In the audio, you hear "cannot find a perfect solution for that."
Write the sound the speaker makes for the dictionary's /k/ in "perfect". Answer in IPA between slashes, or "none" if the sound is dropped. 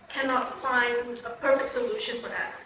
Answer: /k/